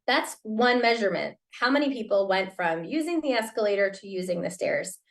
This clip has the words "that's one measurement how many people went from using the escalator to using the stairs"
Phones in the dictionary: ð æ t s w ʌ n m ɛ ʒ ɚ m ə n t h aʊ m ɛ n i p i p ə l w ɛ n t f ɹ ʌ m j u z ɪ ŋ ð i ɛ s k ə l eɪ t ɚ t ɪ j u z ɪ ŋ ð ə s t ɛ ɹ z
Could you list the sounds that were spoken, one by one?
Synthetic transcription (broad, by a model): ð æ t s w ʌ n m ɛ ʒ ɚ m ə n t h aʊ m ɛ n i p i p l w ɛ n t f ɹ ʌ m j u z ɪ ŋ ð i ɛ s k ə l eɪ t ɚ t ɪ j u z ɪ ŋ ð ə s t ɛ ɹ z